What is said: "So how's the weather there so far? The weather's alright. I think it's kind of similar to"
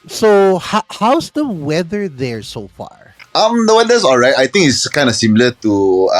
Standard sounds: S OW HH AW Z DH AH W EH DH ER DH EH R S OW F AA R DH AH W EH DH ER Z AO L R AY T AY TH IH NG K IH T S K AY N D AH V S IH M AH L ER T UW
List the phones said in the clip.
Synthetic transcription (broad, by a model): S OW HH AW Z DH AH W EH DH ER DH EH R S OW F AA R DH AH W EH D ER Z AO L R AY T AY T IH NG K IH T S K AY N D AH S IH M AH L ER T UW